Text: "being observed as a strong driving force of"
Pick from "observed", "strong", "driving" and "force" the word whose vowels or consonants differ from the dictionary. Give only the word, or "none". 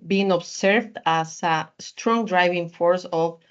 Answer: observed